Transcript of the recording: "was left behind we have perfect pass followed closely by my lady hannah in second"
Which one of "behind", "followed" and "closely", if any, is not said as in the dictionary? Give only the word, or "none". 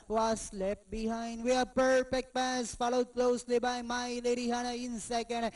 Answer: none